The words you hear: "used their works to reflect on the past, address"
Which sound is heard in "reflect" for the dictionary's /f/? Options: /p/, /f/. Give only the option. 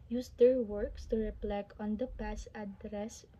/p/